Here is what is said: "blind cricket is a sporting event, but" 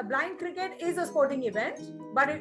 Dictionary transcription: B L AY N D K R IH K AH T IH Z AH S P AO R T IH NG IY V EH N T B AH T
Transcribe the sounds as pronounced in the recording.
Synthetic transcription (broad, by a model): B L AY N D K R IH K AH T IH Z AH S P AO R T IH NG IY V EH N T B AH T